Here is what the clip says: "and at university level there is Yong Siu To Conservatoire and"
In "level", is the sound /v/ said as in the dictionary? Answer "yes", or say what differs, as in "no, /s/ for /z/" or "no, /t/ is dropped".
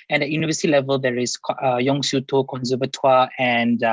yes